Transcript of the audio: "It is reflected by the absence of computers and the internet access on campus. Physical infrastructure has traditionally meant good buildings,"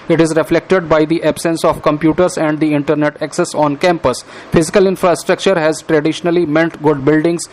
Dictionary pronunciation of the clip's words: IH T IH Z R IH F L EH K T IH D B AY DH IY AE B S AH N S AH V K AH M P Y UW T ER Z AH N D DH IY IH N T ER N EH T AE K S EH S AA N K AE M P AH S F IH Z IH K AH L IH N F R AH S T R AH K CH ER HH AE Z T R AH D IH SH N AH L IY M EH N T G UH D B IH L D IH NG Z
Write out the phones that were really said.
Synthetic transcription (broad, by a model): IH T IH Z R IH F L EH K T IH D B AY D IY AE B S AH N S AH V K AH M P Y UW T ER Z AH N D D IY IH N T ER N EH T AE K S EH S AA N K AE M P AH S F IH Z IH K AH L IH N F R AH S T R AH K CH ER HH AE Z T R AH D IH SH N AH L IY M EH N T G UH D B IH L D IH NG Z